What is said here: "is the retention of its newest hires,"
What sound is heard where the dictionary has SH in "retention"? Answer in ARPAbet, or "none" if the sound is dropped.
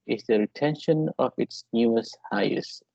SH